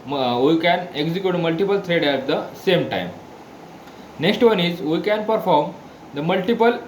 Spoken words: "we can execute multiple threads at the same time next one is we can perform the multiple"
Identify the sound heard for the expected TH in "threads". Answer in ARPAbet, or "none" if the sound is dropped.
T